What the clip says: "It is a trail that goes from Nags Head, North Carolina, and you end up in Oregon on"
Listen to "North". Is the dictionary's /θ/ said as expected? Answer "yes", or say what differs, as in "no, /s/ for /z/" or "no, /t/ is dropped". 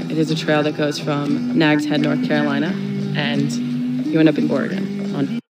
yes